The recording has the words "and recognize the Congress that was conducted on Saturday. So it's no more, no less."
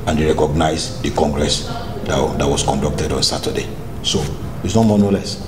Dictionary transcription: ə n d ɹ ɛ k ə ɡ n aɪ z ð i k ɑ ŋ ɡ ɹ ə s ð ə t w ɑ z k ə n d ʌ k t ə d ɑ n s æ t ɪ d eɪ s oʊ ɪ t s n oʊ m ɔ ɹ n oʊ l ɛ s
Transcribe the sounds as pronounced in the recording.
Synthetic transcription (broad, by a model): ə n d ɹ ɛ k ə ɡ n aɪ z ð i k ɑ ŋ ɡ ɹ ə s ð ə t w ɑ s k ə n d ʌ k t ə d ɑ n s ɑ t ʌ d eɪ s oʊ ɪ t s n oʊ m ɔ n oʊ l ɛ s